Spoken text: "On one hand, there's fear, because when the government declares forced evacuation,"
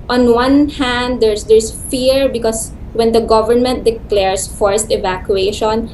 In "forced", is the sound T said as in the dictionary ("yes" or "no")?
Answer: yes